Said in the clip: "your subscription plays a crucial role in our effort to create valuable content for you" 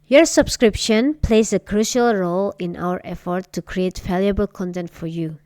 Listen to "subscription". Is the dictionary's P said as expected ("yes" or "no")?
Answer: yes